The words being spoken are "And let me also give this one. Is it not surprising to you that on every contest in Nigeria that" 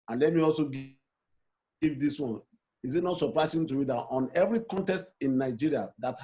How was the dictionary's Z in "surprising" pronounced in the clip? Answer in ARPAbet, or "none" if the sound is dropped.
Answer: S